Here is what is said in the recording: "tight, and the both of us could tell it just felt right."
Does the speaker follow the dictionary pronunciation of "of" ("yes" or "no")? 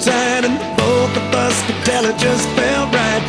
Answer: no